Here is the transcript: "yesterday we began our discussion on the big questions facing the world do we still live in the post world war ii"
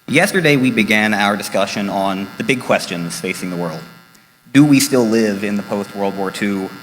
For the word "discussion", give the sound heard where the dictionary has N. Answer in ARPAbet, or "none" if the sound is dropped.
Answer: N